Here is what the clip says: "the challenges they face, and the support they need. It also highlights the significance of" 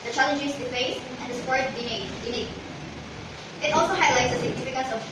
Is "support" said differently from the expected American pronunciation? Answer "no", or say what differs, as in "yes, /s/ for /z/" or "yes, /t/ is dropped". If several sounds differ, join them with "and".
yes, /p/ is dropped